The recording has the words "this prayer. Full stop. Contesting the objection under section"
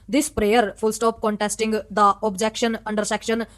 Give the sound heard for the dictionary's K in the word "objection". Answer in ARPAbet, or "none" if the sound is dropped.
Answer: K